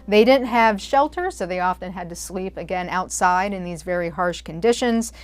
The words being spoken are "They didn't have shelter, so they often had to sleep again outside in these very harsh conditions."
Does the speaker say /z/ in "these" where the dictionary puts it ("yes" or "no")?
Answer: yes